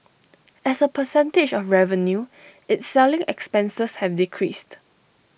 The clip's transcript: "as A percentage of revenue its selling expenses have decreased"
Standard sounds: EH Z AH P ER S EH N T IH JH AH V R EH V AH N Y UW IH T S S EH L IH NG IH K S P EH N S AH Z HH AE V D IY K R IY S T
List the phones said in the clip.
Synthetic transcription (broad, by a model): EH S AH P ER S EH N T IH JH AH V R EH V AH N Y UW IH T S S EH L IH NG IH K S P EH N S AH S HH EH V D IY K R IY S T